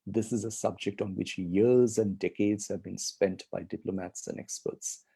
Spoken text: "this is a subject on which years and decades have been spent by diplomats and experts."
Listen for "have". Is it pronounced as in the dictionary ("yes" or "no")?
yes